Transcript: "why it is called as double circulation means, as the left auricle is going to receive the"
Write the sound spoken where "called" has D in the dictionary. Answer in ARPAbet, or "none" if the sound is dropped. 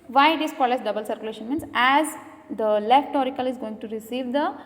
none